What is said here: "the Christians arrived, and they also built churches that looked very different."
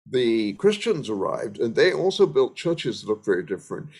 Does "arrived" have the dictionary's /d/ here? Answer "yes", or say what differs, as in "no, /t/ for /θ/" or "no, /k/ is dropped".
yes